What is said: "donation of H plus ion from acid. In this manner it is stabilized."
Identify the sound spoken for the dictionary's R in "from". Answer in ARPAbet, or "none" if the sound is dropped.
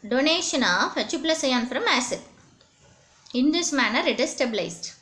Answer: R